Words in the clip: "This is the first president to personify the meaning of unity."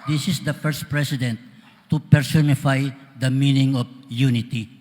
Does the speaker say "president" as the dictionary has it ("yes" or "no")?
no